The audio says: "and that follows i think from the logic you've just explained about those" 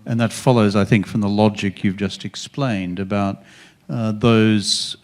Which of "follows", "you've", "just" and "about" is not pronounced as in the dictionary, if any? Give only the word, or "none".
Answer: none